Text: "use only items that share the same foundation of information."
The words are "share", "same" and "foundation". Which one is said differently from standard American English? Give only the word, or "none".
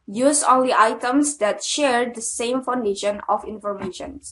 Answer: none